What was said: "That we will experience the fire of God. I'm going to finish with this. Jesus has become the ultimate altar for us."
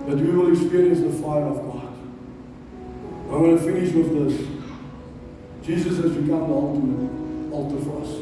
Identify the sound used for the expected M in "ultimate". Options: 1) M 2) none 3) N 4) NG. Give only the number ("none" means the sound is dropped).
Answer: 2